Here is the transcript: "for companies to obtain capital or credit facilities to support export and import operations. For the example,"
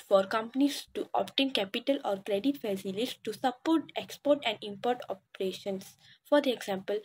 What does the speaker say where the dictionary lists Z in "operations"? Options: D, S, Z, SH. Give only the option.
S